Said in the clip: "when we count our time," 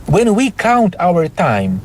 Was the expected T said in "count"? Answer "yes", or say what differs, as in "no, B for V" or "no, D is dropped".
yes